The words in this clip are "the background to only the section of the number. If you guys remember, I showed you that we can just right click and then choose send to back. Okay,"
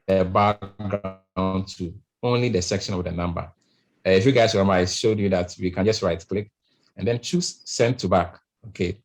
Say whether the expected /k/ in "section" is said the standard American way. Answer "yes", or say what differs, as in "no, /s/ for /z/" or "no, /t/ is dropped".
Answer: yes